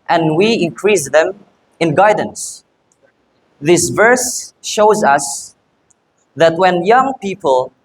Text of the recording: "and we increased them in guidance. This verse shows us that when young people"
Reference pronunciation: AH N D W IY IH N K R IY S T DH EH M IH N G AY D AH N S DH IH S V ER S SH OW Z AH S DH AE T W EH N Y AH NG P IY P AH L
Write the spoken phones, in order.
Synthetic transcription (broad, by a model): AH N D W IY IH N K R IY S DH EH M IH N G AY D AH N S DH IH S V ER S SH OW Z AH S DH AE T W EH N Y AH NG P IY P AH L